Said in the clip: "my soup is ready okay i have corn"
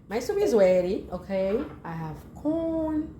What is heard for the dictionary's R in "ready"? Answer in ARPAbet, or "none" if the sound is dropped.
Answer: W